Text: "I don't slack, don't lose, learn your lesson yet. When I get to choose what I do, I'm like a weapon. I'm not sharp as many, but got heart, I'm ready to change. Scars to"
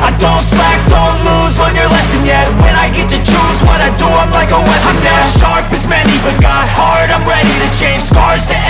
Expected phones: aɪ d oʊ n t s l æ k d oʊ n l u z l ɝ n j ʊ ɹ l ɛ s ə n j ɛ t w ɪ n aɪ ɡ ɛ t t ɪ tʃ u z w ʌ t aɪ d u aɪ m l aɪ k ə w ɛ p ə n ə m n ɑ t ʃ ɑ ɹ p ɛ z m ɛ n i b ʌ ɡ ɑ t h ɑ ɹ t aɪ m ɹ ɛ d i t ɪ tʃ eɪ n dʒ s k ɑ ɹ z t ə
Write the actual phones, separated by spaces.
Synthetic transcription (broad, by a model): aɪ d oʊ n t s l æ k d oʊ n l u z w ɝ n j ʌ ɹ l ɛ s ə n j ɛ t w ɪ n aɪ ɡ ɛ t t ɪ tʃ u z w ʌ t aɪ d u aɪ m l aɪ k ə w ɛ ə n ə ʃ ɑ ɹ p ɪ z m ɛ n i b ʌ ɡ ɑ t h ɑ ɹ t aɪ m ɹ ɛ d i t ɪ tʃ eɪ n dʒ s k ɑ ɹ z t